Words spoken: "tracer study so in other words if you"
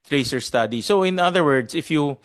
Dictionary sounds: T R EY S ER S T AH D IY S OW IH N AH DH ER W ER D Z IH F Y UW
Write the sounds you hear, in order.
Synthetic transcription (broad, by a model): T R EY S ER S T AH D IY S OW IH N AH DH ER W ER D S IH F Y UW